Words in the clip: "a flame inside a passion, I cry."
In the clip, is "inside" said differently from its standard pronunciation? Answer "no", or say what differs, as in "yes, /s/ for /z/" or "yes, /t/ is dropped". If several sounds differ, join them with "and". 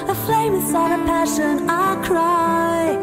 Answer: yes, /n/ is dropped